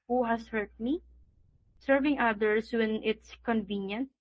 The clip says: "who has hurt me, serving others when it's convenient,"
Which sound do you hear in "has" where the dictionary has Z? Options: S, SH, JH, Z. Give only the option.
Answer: S